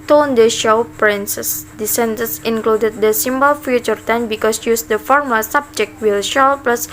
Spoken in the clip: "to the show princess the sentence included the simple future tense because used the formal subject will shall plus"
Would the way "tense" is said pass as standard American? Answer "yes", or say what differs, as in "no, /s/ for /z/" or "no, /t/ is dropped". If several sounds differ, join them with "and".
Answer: no, /s/ is dropped